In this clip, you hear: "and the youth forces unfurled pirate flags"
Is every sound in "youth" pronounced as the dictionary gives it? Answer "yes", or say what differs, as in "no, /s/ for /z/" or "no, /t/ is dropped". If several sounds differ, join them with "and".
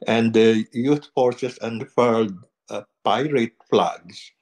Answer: no, /t/ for /θ/